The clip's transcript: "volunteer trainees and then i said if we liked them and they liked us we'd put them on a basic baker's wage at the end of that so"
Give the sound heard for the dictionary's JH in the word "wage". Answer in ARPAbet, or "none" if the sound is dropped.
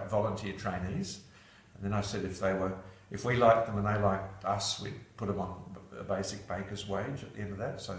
JH